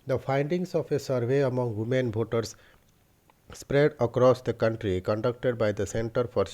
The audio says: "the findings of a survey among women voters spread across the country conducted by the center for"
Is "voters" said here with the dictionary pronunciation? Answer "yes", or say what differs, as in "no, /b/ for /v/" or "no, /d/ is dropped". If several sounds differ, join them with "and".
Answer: no, /b/ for /v/